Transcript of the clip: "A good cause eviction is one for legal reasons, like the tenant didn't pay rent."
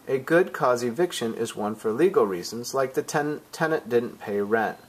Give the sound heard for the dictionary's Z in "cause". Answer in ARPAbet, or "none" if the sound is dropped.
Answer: Z